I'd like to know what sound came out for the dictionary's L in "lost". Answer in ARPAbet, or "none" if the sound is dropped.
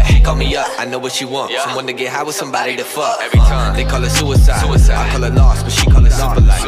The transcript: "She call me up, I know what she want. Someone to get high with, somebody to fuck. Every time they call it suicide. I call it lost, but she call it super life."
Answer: N